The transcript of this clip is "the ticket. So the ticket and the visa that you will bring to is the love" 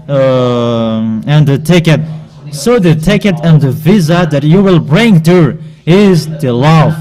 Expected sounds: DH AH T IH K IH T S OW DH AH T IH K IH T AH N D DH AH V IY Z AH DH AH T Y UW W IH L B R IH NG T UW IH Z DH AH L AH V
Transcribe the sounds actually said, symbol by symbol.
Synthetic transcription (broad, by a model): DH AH T IH K IH T S OW DH AH T IH K IH T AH N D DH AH V IY Z AH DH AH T Y UW W IH L B R IH NG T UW IH Z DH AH L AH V